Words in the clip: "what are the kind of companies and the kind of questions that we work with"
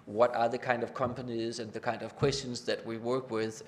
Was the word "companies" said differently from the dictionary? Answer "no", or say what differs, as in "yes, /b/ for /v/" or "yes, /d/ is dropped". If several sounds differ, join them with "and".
no